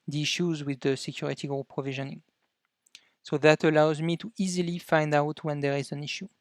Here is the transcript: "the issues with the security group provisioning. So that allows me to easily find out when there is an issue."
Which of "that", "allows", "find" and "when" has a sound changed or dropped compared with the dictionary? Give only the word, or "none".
none